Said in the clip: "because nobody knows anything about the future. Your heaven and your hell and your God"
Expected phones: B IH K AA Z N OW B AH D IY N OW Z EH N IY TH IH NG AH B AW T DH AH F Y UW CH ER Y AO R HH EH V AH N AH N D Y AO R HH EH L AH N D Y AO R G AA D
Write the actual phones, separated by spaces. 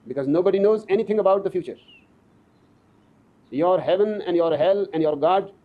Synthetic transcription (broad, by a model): B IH K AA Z N OW B AH D IY N OW Z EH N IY T IH NG AH B AW T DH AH F Y UW CH ER Y AO R HH EH V AH N AH N D Y AO R HH EH L AH N D Y AO R G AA D